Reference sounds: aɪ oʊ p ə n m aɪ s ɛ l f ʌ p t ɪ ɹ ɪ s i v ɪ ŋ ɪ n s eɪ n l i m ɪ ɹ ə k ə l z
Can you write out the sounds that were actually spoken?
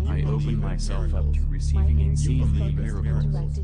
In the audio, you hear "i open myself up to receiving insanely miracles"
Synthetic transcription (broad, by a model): aɪ oʊ p ə n m aɪ s ɛ l f ʌ p t ɪ ɹ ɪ i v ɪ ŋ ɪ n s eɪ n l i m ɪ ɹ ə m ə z